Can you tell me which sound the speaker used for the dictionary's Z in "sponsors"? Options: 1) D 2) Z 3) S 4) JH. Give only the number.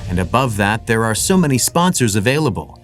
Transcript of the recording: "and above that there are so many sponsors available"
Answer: 2